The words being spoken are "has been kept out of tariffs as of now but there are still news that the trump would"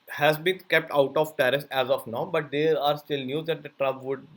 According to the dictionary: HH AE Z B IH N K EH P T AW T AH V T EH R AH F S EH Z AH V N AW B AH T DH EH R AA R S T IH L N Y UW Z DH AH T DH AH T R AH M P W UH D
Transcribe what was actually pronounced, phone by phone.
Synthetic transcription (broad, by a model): HH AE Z B IH N K EH P T AW T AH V T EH R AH S EH Z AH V N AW B AH T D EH R AA R S T IH L N Y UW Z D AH T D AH T R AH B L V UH D